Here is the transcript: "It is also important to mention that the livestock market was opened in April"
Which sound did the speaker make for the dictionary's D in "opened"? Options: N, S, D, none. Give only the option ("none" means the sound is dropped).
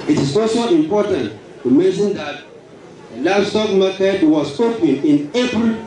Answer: none